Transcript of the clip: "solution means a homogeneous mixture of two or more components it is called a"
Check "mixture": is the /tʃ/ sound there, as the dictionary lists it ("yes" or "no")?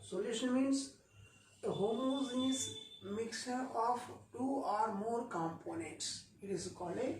no